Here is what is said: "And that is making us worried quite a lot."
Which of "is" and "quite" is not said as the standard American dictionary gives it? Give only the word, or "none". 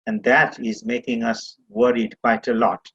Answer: none